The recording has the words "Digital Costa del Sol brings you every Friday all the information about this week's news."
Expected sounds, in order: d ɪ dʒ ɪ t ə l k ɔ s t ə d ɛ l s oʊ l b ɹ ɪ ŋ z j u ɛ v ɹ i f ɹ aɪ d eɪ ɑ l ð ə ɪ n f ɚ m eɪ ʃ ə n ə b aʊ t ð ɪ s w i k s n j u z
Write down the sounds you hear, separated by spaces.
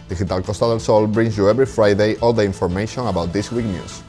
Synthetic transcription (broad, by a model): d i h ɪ t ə l k ɔ s t ə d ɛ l s oʊ l b ɹ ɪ ŋ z j u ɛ b ɹ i f ɹ aɪ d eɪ ɑ l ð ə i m f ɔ m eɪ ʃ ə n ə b aʊ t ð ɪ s w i k n j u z